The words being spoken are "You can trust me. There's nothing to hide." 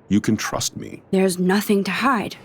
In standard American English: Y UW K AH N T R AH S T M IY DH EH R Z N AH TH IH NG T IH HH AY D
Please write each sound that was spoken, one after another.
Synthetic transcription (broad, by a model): Y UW K AH N T R AH S T M IY DH EH R Z N AH TH IH NG T IH HH AY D